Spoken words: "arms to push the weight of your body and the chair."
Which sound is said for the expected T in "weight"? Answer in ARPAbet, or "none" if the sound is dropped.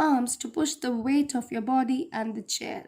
T